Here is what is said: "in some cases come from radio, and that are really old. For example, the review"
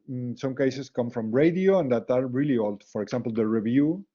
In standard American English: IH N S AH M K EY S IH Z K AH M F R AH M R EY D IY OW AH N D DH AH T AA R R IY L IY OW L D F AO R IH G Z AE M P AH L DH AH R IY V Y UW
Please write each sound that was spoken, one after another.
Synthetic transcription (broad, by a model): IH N S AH M K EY S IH S K AH M F R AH M R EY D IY OW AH N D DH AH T AA R R IY L IY OW L D F AO R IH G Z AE M P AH L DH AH R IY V Y UW